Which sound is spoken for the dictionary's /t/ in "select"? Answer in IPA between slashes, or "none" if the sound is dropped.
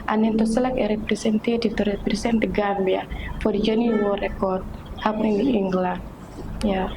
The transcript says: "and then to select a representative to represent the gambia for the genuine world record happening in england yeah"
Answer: none